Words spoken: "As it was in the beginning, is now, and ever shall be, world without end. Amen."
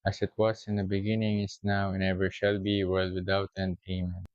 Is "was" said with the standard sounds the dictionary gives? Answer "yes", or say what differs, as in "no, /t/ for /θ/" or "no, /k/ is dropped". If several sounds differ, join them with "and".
no, /s/ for /z/